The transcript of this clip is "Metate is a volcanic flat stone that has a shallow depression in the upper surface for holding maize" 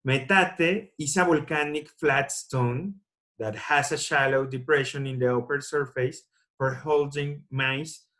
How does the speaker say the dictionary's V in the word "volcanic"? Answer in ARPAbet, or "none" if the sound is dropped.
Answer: B